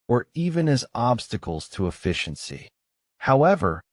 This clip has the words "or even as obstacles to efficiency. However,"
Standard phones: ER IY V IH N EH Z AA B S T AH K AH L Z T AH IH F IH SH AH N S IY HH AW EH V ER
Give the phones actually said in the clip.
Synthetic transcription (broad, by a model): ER IY V IH N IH Z AA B S T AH K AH L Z T AH IH F IH SH AH N S IY HH AW EH V ER